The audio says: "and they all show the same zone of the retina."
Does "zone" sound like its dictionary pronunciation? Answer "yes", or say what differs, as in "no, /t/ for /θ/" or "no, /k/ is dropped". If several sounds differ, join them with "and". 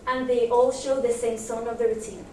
no, /s/ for /z/